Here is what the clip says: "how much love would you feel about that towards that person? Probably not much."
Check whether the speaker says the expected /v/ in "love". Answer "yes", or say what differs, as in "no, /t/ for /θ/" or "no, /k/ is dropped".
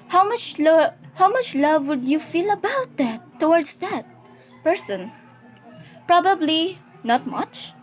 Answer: yes